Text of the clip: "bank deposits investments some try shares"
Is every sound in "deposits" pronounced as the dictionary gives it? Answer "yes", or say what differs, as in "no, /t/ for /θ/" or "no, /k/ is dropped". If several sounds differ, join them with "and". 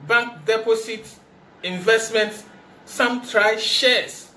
no, /s/ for /z/ and /s/ is dropped